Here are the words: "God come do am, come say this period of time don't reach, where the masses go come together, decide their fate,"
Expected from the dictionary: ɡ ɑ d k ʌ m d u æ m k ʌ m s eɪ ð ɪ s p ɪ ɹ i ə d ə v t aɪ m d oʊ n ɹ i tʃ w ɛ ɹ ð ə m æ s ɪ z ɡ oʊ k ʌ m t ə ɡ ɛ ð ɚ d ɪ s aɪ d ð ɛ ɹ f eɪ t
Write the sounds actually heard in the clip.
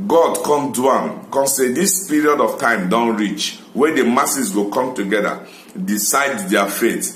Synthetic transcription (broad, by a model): ɡ ɑ d k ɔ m d u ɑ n k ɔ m s eɪ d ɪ s p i ɹ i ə d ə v t aɪ m d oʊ n ɹ i tʃ w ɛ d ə m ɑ s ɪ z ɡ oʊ k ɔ m t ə ɡ ɛ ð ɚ d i s aɪ d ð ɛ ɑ f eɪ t